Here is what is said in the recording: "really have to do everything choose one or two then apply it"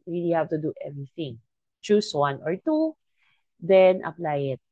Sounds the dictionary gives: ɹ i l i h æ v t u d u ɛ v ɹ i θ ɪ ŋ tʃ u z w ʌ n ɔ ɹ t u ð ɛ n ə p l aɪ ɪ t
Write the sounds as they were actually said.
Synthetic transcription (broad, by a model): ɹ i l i h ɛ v t u d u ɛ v ɹ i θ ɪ ŋ tʃ u s w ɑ n ɔ ɹ t u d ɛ n ə p l aɪ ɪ t